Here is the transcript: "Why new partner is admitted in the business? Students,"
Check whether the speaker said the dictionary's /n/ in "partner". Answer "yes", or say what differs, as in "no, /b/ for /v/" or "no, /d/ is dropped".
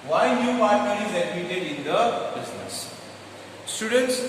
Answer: no, /n/ is dropped